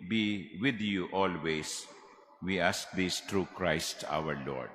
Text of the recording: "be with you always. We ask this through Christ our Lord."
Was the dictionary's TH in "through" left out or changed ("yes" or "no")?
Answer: yes